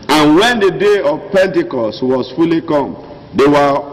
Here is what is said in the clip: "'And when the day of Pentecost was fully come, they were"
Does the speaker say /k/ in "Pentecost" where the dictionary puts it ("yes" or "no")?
yes